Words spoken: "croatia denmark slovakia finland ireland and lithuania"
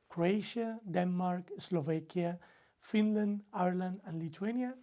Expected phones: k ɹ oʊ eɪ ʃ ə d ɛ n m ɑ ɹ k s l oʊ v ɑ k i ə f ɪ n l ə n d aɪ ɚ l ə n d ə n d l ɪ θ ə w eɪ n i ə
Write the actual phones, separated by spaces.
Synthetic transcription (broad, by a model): k ɹ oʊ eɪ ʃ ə d ɛ n m ɑ ɹ k s l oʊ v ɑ k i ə f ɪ n l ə n d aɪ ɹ l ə n d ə n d l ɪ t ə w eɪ n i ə